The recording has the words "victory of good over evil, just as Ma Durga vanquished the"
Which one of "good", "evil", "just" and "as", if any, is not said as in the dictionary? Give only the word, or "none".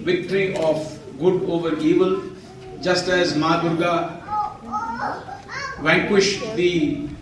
none